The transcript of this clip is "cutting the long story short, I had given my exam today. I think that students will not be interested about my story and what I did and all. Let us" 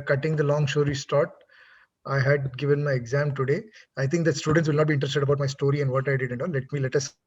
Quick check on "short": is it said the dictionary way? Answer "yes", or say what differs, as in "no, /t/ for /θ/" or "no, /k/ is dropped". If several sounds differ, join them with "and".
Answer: no, /s/ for /ʃ/